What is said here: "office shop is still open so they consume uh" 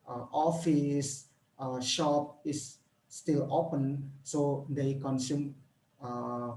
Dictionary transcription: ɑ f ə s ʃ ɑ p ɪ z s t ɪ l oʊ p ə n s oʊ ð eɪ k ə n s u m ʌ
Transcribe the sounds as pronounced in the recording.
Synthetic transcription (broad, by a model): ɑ f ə s ʃ ɑ p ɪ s t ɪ l oʊ p ə n s oʊ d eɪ k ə n s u m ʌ